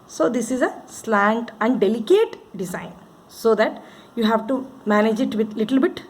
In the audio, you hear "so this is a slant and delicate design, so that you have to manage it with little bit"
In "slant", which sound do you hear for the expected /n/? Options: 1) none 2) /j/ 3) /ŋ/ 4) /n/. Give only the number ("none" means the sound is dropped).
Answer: 4